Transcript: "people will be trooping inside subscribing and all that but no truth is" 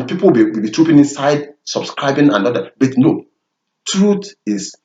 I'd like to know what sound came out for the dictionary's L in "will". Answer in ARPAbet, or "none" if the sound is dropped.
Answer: W